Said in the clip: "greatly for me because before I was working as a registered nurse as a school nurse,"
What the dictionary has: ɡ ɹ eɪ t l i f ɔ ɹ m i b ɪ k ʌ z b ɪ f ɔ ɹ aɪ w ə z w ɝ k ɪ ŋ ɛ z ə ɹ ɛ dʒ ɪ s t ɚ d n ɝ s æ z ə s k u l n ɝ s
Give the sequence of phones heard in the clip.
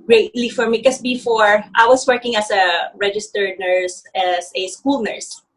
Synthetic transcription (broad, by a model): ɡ ɹ eɪ t l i f ɔ ɹ m i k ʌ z b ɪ f ɔ ɹ aɪ w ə s w ɝ k ɪ ŋ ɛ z ə ɹ ɛ dʒ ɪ s t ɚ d n ɝ s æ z ə s k u l n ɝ s